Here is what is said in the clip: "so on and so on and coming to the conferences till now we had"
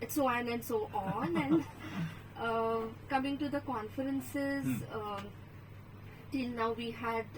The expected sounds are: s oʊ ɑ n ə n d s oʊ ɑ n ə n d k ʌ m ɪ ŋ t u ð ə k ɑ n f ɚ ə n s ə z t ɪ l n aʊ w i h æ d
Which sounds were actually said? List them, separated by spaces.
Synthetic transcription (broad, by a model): s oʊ ɑ n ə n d s oʊ ɑ n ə n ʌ k ʌ m ɪ ŋ t u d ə k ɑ n f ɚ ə n s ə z t ɪ l n aʊ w i h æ d